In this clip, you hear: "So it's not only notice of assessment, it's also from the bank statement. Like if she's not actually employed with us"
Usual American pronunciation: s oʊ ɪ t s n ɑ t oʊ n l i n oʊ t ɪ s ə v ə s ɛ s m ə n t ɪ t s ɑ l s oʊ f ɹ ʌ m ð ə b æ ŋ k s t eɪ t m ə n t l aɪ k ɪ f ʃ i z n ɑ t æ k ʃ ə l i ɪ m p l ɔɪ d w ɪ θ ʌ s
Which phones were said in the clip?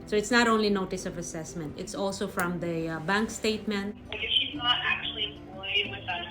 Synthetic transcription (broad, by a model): s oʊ ɪ t s n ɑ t oʊ n l i n oʊ t ɪ s ə v ə s ɛ s m ə n t ɪ t s ɑ l s oʊ f ɹ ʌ m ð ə b æ ŋ k s t eɪ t m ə n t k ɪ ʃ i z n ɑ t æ k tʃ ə l i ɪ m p ɔɪ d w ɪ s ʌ